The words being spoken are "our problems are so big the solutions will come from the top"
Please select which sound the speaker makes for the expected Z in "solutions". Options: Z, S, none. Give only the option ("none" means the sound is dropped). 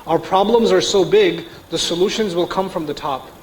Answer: Z